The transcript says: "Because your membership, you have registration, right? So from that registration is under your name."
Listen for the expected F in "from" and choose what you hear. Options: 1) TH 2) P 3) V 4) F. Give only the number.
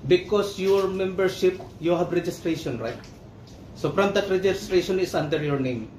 2